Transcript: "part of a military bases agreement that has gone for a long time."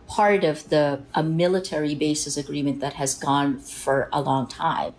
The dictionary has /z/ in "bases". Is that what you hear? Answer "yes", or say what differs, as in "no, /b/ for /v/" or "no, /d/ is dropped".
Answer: no, /s/ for /z/